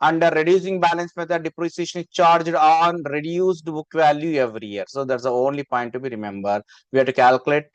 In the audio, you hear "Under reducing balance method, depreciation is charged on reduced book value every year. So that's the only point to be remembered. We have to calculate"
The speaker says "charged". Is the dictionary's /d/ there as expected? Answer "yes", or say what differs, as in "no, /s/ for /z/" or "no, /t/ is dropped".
yes